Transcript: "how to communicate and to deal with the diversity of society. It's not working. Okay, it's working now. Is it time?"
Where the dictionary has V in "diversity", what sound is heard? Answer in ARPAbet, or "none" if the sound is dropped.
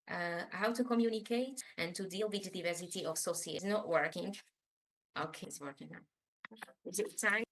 V